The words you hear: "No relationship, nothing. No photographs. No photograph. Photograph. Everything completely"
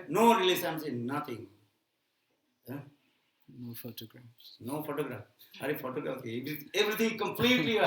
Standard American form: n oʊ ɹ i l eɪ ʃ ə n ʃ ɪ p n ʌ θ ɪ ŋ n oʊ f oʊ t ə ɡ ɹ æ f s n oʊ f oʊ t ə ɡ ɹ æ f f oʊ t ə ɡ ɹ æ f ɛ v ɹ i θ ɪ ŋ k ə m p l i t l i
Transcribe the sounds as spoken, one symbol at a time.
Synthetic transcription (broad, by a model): n oʊ ɹ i l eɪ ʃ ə n s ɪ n n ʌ t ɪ ŋ n oʊ f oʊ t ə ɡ ɹ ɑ f s n oʊ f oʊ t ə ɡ ɹ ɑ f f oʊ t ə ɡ ɹ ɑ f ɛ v ɹ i t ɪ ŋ k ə m p l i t l i